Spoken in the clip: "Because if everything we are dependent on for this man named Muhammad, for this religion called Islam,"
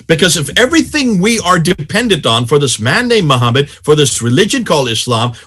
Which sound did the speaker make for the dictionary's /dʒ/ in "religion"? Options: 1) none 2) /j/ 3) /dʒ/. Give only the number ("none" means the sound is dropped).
3